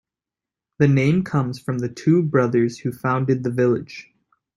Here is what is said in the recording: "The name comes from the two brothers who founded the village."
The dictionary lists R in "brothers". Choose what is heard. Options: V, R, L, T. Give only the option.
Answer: R